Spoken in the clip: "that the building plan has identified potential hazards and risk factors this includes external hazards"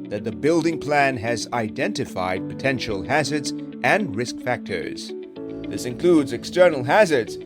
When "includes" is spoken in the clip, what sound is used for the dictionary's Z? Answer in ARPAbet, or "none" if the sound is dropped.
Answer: Z